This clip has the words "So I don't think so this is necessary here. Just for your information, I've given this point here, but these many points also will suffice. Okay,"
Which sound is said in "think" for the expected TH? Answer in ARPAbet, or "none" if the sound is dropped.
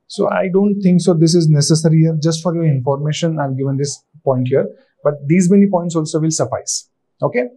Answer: T